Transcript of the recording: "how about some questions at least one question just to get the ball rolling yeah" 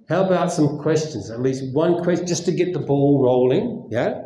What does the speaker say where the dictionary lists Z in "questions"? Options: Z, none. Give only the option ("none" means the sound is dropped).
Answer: Z